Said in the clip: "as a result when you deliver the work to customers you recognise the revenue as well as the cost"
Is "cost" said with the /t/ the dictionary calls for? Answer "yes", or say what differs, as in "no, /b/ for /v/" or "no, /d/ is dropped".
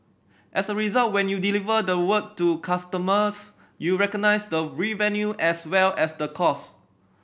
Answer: no, /t/ is dropped